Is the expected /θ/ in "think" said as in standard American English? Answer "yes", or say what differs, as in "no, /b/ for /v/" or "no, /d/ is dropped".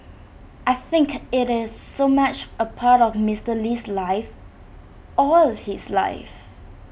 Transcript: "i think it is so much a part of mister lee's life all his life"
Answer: yes